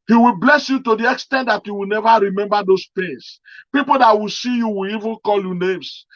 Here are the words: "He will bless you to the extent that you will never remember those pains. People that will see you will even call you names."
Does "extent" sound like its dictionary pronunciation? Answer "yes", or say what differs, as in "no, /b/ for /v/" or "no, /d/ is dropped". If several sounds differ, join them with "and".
yes